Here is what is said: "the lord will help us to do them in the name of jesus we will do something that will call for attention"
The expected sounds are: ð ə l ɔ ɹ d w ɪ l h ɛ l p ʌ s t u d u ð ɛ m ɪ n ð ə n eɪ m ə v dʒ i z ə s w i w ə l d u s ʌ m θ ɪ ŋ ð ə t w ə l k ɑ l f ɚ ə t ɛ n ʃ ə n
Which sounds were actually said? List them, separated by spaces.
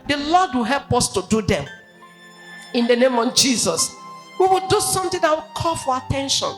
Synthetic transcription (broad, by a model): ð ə l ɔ d w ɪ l h ɛ l p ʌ s t u d u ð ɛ m ɪ n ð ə n eɪ m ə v dʒ i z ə s w i w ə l d u s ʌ m t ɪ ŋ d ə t w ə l k ɑ l f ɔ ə t ɛ n ʃ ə n